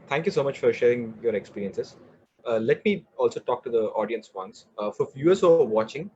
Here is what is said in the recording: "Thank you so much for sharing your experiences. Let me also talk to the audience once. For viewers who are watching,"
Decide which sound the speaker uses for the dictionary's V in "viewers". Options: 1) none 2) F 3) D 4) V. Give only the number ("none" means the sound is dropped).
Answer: 2